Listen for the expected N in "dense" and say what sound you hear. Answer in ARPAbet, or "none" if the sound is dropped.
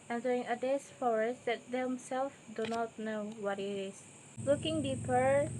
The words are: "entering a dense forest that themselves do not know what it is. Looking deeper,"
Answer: none